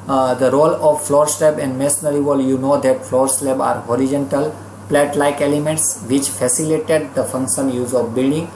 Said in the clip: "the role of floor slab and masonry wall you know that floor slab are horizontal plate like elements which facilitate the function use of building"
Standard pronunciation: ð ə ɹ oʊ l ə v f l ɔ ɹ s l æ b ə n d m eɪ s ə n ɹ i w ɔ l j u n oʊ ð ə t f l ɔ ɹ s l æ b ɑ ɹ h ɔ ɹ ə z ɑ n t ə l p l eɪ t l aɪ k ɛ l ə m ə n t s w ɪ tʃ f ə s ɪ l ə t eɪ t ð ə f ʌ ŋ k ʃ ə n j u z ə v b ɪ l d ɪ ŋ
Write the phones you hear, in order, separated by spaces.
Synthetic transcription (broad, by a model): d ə ɹ oʊ l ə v f l ɔ ɹ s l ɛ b ə n d m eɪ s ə ɹ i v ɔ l j u n oʊ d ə t f l ɔ ɹ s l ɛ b ɑ ɹ h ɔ ɹ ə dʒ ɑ n t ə l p l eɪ t l aɪ k ɛ l ə m ə n t s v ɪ tʃ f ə s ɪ l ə t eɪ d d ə f ʌ ŋ k ʃ ə n j u z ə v b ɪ l d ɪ ŋ